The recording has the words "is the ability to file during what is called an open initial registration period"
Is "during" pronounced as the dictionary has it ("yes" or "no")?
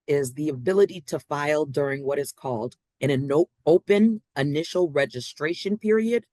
yes